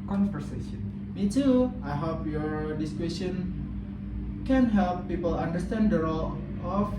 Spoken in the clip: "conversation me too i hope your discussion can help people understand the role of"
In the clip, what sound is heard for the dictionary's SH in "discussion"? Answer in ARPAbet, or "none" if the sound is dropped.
S